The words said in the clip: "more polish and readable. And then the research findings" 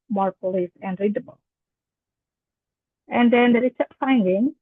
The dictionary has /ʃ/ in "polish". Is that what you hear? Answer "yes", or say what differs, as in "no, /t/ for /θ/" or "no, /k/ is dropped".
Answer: no, /s/ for /ʃ/